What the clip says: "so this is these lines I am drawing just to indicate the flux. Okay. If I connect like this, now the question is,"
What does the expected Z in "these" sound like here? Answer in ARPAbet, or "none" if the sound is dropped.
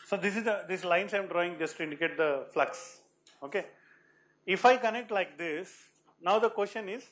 S